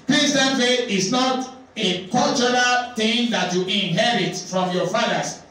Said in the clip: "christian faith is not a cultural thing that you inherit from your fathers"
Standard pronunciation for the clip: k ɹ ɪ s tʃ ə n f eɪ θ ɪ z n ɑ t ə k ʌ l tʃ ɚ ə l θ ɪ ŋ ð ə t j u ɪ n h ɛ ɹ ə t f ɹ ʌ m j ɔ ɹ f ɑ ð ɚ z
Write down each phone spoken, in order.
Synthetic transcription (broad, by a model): k ɹ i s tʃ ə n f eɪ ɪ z n ɑ t ə k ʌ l tʃ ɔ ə l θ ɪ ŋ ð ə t j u ɪ n h ɛ ɹ ə t f ɹ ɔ m j ɔ f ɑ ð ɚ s